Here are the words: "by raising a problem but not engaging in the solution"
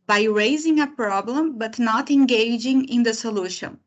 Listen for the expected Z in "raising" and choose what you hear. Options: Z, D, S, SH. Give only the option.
Z